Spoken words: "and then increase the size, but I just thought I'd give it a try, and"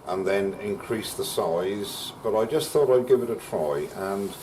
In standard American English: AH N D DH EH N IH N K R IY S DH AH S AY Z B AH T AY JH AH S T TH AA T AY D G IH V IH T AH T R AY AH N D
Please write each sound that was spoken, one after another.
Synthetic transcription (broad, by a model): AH N DH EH N IH N K R IY S DH AH S AY Z B AH T AY JH AH S T TH AA T AY D G IH V IH T AH T R AY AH N